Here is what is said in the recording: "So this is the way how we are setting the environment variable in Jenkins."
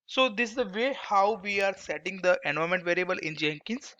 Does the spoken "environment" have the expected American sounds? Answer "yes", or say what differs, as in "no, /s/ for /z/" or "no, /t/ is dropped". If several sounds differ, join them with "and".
no, /v/ is dropped